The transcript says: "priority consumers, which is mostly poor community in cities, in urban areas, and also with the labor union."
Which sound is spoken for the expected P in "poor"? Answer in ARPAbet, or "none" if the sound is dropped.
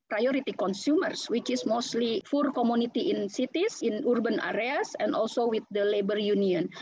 F